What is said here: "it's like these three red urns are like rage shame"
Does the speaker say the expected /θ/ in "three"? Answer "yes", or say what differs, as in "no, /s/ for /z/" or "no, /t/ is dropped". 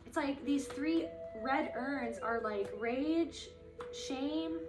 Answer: yes